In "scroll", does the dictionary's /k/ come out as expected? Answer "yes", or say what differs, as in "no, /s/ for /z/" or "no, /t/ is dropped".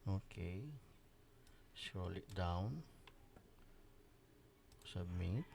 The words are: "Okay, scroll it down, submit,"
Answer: no, /k/ is dropped